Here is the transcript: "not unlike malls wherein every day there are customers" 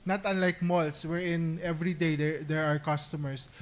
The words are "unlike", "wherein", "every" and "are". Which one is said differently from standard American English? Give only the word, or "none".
none